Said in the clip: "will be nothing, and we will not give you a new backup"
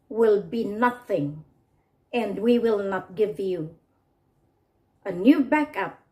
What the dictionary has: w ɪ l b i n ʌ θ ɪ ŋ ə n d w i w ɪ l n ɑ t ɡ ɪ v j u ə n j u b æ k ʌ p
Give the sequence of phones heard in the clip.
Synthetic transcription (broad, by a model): w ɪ l b i n ʌ θ ɪ ŋ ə n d w i w ɪ l n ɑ t ɡ ɪ v j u ə n j u b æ k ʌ p